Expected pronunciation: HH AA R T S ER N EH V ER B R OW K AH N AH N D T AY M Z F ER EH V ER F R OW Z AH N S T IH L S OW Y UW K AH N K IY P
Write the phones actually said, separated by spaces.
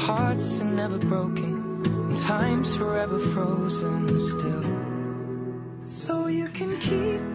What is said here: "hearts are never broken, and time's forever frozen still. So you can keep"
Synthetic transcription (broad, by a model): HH AA R T S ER N EH V ER B R OW AH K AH N T AY M Z F ER EH V ER F R OW Z AH N S T IH L S OW Y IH K AH N K IY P